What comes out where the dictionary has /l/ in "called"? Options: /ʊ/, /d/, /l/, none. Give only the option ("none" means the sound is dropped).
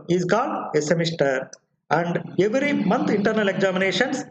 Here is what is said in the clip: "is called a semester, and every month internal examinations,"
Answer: none